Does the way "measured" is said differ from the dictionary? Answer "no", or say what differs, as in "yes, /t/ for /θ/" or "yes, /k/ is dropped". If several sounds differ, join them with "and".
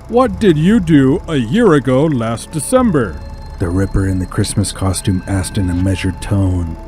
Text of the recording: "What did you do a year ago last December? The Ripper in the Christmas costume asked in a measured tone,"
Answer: no